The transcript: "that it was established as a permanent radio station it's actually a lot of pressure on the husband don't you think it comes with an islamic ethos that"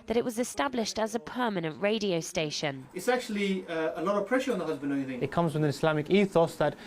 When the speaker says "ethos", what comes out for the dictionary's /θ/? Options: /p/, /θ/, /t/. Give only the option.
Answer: /θ/